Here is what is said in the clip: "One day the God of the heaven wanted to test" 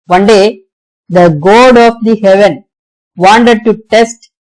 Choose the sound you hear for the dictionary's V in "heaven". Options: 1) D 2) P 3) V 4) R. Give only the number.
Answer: 3